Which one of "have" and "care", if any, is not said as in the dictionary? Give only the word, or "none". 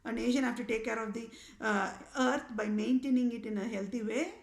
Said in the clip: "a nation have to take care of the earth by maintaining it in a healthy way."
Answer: have